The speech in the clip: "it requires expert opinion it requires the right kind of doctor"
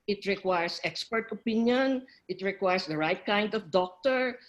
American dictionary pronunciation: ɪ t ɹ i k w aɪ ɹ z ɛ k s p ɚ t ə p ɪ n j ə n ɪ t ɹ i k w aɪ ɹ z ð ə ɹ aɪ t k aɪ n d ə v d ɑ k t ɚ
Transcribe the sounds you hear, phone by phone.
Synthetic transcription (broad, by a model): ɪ t ɹ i k w aɪ ɹ s ɛ k s p ɚ t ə p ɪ n j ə n ɪ t ɹ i k w aɪ ɹ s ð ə ɹ aɪ t k aɪ n d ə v d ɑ k t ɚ